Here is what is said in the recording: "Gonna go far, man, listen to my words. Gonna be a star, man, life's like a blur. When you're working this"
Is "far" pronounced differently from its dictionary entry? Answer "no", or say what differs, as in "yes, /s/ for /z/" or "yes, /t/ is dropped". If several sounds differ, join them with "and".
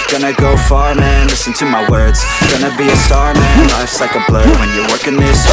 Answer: no